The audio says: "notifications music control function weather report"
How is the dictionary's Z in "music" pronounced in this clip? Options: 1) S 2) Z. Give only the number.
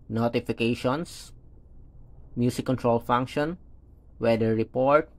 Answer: 1